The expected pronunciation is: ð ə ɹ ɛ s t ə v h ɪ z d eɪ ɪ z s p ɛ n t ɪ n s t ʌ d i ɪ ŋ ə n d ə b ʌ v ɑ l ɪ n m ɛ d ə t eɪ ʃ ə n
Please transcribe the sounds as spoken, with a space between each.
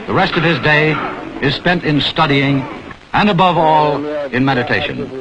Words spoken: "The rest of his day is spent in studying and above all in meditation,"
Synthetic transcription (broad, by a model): ð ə ɹ ɛ s t ə v ɪ z d eɪ ɪ z s p ɛ n t ɪ n s t ʌ d i ɪ ŋ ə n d ə b ʌ v ɑ l ɪ n m ɛ d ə t eɪ ʃ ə n